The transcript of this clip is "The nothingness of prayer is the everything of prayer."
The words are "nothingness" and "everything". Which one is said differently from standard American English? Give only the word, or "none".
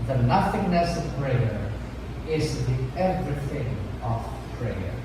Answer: none